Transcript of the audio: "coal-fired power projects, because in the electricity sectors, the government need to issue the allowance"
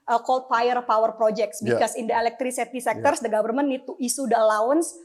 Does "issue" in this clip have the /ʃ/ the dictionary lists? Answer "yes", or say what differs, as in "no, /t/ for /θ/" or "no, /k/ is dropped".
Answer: no, /s/ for /ʃ/